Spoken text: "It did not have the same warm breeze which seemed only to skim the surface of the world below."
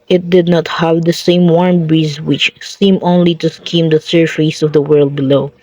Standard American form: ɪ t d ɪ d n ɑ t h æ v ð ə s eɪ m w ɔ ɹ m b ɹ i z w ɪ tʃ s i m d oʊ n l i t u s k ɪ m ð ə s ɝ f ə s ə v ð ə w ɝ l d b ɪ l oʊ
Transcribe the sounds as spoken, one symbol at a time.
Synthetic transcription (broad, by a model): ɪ t d ɪ d n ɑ t h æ v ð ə s eɪ m w ɔ ɹ m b ɹ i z w ɪ tʃ s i m oʊ n l i t u s k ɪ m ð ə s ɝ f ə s ə v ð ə w ɝ l d b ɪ l oʊ